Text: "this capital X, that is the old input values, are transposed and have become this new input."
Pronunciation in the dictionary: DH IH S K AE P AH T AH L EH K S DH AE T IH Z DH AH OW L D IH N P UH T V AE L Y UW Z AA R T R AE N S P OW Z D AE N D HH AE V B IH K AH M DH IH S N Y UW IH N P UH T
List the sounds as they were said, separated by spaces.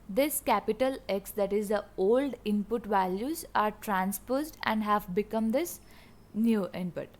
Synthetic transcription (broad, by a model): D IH S K AE P AH T AH L EH K S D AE T IH Z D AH OW L D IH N P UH T V AE L Y UW Z AA R T R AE N S P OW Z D AE N D HH AE V B IH K AH M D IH S N Y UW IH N P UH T